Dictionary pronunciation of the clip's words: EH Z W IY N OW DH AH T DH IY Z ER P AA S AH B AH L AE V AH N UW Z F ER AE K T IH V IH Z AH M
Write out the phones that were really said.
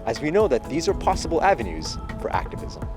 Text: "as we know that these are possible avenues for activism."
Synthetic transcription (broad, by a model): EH Z W IY N OW DH AH T DH IY Z ER P AA S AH B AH L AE V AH N UW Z F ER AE K T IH V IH Z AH M